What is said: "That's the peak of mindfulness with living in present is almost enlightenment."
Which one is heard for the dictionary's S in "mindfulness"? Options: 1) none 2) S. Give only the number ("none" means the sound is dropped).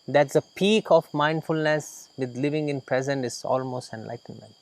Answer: 2